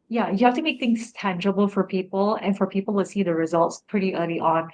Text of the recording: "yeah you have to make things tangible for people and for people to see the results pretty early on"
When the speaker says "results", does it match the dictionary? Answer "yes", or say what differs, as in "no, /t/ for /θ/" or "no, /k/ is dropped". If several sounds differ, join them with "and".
yes